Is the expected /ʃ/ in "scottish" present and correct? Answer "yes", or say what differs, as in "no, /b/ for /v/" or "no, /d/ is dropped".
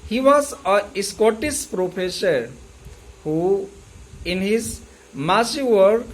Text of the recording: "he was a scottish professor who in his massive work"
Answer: no, /s/ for /ʃ/